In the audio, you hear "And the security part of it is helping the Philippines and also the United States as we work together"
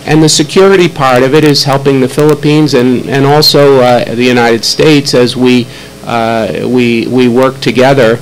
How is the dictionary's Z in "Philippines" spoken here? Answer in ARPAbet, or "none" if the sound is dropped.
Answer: Z